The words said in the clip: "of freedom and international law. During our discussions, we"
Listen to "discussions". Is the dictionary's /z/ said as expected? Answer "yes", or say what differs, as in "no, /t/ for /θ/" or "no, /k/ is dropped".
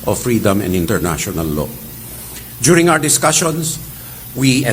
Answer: no, /s/ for /z/